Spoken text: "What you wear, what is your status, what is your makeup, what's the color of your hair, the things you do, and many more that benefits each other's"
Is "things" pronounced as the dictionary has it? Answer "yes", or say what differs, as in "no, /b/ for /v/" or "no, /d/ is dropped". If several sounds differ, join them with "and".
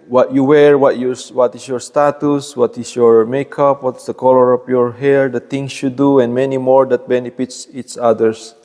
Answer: no, /t/ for /θ/ and /s/ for /z/